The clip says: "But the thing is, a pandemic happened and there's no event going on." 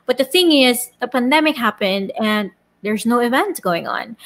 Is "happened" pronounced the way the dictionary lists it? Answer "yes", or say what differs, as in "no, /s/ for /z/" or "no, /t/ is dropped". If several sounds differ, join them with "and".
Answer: yes